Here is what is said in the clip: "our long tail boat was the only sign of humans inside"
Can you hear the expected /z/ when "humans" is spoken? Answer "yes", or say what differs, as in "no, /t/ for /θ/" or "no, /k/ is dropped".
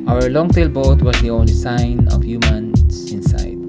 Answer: no, /s/ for /z/